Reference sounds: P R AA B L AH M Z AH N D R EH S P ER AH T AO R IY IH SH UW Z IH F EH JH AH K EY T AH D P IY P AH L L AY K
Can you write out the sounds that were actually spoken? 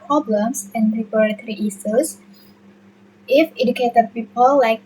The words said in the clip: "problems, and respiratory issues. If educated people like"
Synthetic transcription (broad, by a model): P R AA B L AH M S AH N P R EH P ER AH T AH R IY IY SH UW S IH F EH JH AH K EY T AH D P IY P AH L L AY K